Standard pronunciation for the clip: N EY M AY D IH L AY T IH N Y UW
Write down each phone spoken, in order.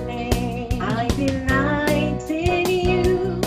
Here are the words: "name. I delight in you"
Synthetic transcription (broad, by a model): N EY AY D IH N AY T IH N Y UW